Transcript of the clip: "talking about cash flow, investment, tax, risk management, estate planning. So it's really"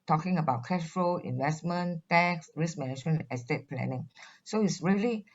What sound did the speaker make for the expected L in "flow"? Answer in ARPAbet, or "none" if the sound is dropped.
none